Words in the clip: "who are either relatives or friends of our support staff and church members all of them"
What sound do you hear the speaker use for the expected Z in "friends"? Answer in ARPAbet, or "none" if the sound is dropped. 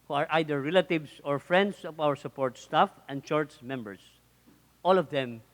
S